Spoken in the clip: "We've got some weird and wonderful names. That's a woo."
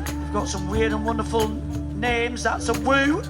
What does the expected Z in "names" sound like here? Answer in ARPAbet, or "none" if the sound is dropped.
Z